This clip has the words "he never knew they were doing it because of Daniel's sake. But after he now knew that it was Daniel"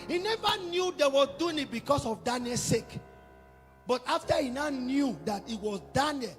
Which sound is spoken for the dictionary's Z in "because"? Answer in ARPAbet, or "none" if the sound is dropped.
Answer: S